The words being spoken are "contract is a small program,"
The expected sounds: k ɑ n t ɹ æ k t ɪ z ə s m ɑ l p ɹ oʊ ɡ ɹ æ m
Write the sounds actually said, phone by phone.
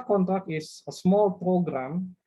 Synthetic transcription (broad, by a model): k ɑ n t ɹ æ k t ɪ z ə s m ɑ l p ɹ oʊ ɡ ɹ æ m